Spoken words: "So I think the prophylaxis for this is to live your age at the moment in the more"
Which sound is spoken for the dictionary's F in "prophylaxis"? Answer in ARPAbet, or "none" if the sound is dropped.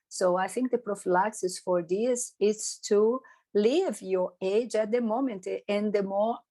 F